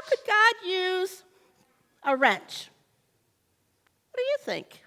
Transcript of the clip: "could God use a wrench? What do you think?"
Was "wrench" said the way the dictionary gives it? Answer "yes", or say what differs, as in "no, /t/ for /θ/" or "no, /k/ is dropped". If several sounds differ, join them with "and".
yes